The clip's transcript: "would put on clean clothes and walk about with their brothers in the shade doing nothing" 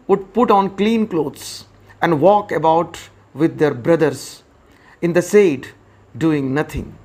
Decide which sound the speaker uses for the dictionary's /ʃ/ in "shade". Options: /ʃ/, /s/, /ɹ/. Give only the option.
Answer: /s/